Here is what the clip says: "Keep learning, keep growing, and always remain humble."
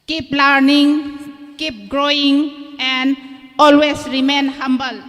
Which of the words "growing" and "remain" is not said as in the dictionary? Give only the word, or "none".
none